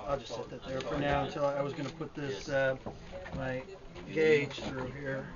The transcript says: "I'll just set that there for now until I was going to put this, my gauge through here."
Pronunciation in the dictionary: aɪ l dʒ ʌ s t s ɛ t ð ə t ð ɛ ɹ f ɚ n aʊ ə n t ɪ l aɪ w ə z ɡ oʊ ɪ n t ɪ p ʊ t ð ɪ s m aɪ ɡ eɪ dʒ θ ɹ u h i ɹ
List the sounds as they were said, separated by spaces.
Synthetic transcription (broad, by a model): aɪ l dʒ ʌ s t s ɛ t ð ə t ð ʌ ɹ f ɚ n aʊ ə n t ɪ l aɪ w ə z ɡ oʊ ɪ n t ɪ p ʊ t ð ɪ s m aɪ ɡ eɪ dʒ θ ɹ u h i ɹ